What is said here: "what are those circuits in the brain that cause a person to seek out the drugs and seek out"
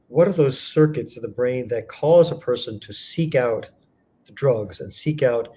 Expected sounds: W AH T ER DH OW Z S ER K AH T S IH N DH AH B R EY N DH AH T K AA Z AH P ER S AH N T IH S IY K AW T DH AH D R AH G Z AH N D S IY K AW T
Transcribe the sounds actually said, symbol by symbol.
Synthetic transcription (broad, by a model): W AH T ER DH OW Z S ER K AH T S IH N DH AH B R EY N DH AH T K AA Z AH P ER S AH N T IH S IY K AW T DH AH D R AH G Z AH N S IY K AW T